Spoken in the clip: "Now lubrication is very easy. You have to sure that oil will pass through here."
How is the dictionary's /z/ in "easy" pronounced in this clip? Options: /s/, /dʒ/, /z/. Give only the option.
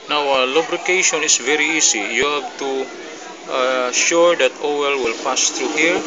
/s/